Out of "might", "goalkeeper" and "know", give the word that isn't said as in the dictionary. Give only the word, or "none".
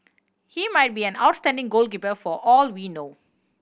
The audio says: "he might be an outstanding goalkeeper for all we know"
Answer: none